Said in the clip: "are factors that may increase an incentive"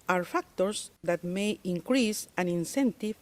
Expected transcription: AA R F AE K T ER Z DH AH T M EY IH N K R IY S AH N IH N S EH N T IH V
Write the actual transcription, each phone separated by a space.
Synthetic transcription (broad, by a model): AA R F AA K T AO S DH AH T M EY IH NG K R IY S AH N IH N S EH N T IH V